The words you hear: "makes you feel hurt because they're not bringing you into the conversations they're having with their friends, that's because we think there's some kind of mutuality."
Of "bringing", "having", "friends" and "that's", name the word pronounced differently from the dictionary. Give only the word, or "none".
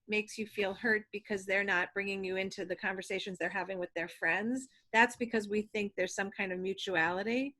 none